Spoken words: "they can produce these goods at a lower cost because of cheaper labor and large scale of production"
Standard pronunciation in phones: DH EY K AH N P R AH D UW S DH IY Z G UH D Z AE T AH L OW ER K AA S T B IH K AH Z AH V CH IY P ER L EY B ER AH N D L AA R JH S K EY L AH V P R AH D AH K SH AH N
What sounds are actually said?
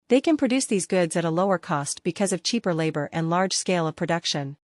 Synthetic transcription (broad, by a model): DH EY K AH N P R AH D UW S DH IY Z G UH D Z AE T AH L OW ER K AA S T B IH K AH Z AH V CH IY P ER L EY B ER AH N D L AA R JH S K EY L AH V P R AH D AH K SH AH N